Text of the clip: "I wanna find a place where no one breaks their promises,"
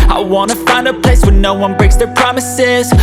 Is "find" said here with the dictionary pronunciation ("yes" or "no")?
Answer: yes